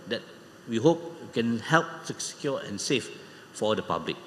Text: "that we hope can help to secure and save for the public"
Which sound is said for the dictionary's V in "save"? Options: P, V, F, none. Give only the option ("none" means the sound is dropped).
F